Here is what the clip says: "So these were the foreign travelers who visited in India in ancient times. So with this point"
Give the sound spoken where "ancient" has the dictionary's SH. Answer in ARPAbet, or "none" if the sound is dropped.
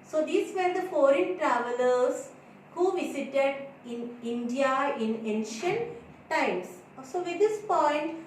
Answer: SH